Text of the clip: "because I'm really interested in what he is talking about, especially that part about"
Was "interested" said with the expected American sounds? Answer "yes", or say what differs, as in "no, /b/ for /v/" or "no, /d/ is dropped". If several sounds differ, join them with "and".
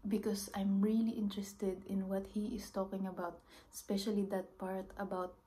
yes